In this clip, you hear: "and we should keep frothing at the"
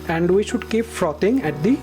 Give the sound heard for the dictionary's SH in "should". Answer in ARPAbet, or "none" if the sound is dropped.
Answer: SH